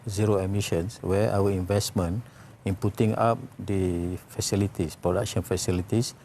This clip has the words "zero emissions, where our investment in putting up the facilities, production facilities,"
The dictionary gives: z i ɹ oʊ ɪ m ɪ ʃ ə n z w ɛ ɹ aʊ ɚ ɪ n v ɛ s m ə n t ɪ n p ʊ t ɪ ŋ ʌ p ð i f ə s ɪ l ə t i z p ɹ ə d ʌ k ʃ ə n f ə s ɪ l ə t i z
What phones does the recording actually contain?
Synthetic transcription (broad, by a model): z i ɹ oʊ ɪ m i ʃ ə n s w ɛ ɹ aʊ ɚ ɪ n v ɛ s m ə n ɪ n p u t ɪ ŋ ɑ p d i f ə s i l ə t i s p ɹ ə d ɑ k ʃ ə n f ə s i l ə t i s